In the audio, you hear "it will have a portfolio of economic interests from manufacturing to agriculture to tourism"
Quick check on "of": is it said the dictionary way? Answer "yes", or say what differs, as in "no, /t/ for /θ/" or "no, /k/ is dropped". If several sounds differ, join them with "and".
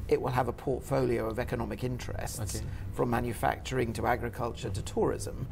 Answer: yes